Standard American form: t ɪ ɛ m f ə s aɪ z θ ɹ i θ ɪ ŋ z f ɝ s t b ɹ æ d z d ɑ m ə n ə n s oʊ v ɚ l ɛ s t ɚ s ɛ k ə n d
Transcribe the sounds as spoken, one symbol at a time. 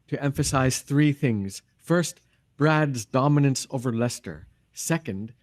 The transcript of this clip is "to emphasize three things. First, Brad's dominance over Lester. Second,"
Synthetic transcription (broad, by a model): t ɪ ɛ m f ə s aɪ z θ ɹ i θ ɪ ŋ z f ɝ s t b ɹ æ d z d ɑ m ə n ə n s oʊ v ɚ l ɛ s t ɚ s ɛ k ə n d